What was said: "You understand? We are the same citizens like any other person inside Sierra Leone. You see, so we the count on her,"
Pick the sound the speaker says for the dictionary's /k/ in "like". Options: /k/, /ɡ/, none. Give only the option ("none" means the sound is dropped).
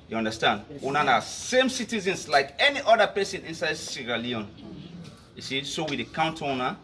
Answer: /k/